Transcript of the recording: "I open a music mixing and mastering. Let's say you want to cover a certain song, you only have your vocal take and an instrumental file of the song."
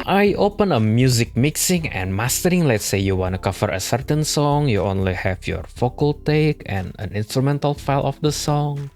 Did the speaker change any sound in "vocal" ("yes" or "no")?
yes